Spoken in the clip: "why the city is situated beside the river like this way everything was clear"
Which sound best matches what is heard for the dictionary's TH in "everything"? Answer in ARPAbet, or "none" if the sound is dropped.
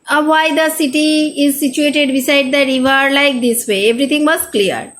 T